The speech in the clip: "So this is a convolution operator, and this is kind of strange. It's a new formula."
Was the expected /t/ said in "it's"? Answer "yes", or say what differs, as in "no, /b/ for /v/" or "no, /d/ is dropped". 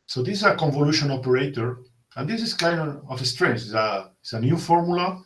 no, /s/ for /t/